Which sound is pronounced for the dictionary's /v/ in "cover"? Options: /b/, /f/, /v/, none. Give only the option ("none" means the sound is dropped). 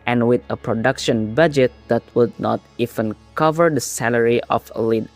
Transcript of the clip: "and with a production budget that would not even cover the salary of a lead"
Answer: /v/